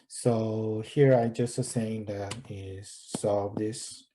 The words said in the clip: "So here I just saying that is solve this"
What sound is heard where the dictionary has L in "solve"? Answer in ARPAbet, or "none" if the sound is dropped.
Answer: none